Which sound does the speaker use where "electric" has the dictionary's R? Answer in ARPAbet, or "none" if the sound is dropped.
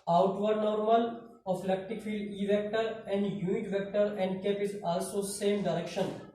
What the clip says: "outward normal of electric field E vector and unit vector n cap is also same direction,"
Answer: none